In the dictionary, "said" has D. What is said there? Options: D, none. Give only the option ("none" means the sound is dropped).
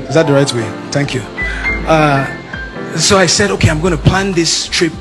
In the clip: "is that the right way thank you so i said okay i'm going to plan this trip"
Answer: D